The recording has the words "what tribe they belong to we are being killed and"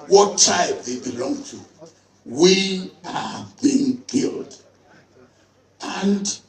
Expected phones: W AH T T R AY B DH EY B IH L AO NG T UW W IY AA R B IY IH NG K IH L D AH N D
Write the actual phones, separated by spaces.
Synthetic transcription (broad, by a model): W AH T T AY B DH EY B IH L AO NG T UW W IY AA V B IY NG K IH L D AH N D